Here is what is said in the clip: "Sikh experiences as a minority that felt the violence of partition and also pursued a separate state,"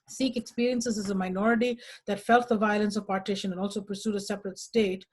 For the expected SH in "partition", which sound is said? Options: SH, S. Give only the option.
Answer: SH